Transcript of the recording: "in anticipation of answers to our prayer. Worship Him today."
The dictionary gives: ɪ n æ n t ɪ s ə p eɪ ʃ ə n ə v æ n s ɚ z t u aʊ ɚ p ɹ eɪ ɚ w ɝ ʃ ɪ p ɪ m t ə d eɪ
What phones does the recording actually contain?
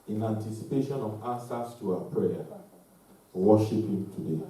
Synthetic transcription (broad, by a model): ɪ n æ n t ɪ s ə p eɪ ʃ ə n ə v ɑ s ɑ s t u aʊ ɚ p ɹ eɪ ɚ w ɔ ʃ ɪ p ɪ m t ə d eɪ